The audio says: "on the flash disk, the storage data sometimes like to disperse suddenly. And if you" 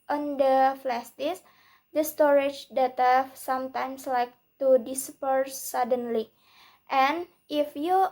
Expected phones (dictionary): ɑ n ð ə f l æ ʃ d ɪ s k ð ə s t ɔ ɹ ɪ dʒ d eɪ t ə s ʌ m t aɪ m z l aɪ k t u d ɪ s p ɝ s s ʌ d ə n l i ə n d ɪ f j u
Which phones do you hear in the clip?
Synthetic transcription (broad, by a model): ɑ n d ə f l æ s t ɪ s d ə s t ɔ ɹ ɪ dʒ d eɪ t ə s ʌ m t aɪ m s l aɪ k t u d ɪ s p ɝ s s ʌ d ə n l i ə n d ɪ f j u